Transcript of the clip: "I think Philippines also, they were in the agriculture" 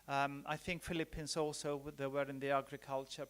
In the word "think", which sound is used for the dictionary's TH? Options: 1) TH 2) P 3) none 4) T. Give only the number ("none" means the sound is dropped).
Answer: 1